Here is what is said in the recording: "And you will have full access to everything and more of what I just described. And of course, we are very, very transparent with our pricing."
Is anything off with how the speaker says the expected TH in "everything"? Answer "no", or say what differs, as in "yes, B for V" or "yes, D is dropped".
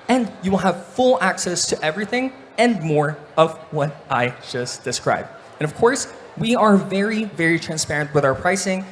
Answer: no